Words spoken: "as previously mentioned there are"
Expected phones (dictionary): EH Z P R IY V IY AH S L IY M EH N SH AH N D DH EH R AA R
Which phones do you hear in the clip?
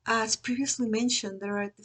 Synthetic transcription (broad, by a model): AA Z P R IY V IY AH S L IY M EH N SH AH N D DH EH R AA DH